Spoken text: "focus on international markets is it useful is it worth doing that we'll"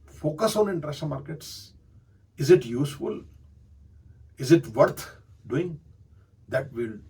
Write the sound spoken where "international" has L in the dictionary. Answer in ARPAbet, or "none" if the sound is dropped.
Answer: N